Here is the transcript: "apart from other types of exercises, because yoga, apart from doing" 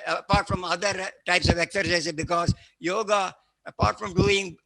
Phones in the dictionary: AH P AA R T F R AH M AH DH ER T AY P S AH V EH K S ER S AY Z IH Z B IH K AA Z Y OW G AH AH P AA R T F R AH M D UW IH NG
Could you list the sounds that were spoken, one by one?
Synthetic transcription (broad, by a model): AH P AA R T F R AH M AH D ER T AY P S AH V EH K S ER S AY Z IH B IH K AA Z Y OW G AH AH P AA R T F R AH M D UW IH NG